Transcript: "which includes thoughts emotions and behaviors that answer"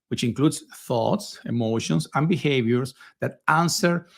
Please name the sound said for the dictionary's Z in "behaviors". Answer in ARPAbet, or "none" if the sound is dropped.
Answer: S